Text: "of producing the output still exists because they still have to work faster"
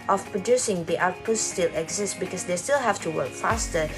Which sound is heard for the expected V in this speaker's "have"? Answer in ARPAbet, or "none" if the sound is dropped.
F